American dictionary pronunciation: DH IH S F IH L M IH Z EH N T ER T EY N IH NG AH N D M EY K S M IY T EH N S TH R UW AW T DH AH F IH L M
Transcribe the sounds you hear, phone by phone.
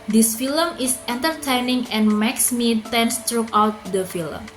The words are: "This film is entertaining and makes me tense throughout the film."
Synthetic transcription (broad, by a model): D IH S F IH L M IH S EH N T ER T EY N IH NG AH N M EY K S M IY T EH N S T R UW AW T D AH F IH L M